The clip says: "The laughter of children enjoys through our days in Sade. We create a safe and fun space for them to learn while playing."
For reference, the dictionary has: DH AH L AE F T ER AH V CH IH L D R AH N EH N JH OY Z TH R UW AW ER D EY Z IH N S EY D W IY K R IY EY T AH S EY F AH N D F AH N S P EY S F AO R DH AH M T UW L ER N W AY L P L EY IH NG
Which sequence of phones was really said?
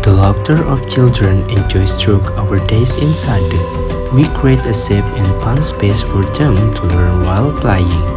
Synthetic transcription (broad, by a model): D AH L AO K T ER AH F CH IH L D R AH N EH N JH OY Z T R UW AW ER D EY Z IH N S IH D W IY K R IY EY T AH S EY P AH N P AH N S P EY S F AO R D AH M T UW W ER W AY L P L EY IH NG